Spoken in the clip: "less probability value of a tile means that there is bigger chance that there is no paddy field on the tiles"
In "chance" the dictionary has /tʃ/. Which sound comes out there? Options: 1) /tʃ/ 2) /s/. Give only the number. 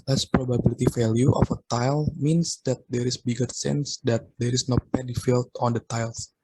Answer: 2